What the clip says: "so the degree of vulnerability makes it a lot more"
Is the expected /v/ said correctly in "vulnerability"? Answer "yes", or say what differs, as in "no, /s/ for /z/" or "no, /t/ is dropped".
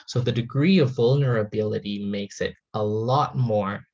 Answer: yes